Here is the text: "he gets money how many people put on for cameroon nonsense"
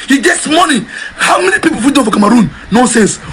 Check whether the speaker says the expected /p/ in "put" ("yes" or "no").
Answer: no